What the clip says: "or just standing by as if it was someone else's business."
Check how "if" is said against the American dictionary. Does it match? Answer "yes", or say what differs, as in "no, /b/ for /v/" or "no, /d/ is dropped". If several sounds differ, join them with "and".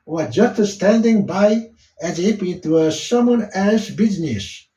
no, /p/ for /f/